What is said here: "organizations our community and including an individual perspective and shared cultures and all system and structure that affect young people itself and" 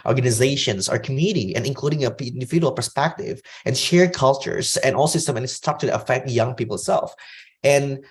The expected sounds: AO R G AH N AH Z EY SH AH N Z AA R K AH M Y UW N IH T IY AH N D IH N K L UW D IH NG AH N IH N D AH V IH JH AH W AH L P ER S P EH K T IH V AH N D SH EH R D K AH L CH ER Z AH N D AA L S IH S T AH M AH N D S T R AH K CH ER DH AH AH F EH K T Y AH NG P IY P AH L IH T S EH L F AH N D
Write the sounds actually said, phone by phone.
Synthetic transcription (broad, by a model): AO R G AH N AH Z EY SH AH N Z AA R K AH M Y UW N IH T IY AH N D IH N K L UW D IH NG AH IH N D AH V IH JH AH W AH L P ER S P EH K T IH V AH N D SH EH R D K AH L CH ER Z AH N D AA L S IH S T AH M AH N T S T AO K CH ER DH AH AH F EH K T Y AH NG P IY P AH L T S EH L F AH N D